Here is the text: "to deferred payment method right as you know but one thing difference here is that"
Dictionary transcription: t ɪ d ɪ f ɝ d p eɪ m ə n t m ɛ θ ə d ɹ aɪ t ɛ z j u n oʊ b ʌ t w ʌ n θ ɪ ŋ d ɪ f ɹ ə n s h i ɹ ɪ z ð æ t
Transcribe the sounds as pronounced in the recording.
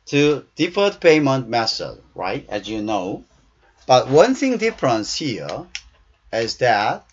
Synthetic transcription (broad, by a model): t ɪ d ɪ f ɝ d p eɪ m ə n t m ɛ s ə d ɹ aɪ t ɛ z j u n oʊ b ʌ t w ʌ n θ ɪ ŋ d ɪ f ɹ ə n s h i ɹ ɪ z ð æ t